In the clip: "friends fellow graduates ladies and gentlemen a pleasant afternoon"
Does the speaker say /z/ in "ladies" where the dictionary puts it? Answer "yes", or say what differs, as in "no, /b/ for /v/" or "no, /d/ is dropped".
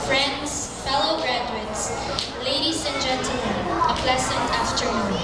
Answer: no, /s/ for /z/